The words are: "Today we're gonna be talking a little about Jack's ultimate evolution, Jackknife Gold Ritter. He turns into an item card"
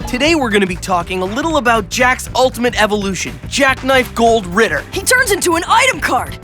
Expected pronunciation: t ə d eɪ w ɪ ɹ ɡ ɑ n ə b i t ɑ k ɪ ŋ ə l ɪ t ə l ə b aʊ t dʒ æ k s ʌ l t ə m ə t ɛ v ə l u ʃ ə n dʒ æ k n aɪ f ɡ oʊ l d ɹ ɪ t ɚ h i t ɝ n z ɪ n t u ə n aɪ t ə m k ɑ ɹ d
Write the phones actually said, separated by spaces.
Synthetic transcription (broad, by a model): t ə d eɪ w ɪ ɹ ɡ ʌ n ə b i t ɑ k ɪ ŋ ə l ɪ t l ə b aʊ t dʒ æ k s ʌ l t ə m ə t ɛ v ə l u ʃ ə n dʒ æ k n aɪ f ɡ oʊ l d ɹ ɪ t ɚ h i t ɝ n z ɪ n t u ə n aɪ t ə m k ɑ ɹ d